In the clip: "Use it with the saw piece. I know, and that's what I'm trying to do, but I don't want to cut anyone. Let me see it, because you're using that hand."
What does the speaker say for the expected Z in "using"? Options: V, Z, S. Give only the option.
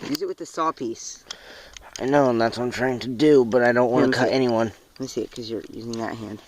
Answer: Z